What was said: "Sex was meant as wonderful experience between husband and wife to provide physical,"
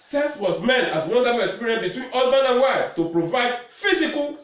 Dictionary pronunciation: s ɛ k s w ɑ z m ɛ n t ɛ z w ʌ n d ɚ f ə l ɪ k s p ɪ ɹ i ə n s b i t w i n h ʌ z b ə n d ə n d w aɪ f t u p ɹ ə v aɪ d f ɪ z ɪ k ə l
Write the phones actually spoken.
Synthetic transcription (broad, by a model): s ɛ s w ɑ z m ɛ n t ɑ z w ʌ n d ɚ f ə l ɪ k s p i ɹ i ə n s b i t w i n h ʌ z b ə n ə n w aɪ f t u p ɹ ə v aɪ d f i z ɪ k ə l